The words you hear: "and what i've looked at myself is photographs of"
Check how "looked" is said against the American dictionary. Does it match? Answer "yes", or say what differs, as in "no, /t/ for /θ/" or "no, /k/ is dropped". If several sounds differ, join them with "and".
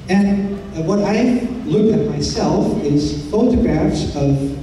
no, /t/ is dropped